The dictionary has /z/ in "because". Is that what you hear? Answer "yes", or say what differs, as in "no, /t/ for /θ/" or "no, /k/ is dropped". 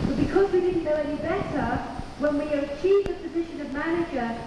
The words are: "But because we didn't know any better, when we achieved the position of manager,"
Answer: yes